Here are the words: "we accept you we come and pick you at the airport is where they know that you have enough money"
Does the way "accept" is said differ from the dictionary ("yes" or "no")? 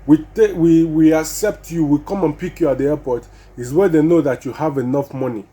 no